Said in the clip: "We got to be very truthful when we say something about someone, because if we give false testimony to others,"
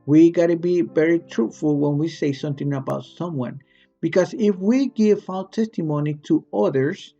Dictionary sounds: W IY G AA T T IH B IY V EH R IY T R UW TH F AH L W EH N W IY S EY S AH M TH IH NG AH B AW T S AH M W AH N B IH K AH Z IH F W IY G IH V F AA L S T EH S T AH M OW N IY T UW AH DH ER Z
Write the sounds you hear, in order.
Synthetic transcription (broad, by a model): W IY G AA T T IH B IY V EH R IY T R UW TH F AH L W EH N W IY S EY S AH M TH IH NG AH B AW T S AH M W AH N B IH K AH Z IH F W IY G IH V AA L T EH S T AH M OW N IY T UW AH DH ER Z